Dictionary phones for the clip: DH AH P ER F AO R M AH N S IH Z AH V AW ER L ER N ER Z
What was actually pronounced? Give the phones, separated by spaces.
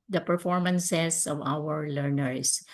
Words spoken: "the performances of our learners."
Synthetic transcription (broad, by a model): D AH P ER F AO R M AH N S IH S AH V AW ER L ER N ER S